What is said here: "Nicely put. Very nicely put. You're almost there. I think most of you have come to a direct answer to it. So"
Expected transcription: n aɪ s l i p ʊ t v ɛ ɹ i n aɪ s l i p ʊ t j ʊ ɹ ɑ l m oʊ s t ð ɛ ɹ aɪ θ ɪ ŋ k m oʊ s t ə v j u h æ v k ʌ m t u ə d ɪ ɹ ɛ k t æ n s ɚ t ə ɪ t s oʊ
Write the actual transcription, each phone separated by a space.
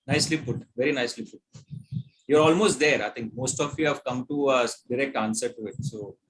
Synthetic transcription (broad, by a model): n aɪ s l i p ʊ t v ɛ ɹ i n aɪ s l i p ʊ t j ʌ ɹ ɑ l m oʊ s t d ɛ ɹ aɪ t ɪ ŋ k m oʊ s t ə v j u h æ v k ʌ m t u ə d ɪ ɹ ɛ k t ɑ n s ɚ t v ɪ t s oʊ